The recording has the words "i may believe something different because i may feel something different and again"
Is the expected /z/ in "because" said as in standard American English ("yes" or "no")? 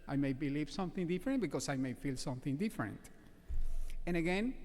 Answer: no